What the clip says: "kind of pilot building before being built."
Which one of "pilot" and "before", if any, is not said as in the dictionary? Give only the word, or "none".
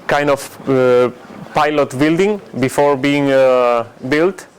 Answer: none